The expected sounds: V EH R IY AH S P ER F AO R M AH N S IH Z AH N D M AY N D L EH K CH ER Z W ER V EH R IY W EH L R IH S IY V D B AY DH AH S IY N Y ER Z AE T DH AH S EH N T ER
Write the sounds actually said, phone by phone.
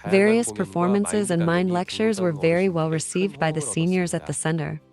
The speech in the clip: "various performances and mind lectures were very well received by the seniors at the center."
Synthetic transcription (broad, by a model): V EH R IY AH S P ER F AO R M AH N S IH Z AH N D M AY N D L EH K CH ER Z W ER V EH R IY W EH L R IH S IY V D B AY DH AH S IY N Y ER Z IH T DH AH S EH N T ER